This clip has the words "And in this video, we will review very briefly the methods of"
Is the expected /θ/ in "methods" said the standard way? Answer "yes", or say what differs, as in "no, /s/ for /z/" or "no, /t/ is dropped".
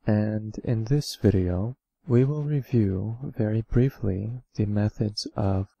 yes